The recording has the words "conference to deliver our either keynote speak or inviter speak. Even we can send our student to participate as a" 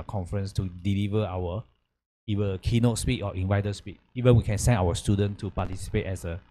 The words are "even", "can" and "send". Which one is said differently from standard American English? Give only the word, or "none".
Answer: send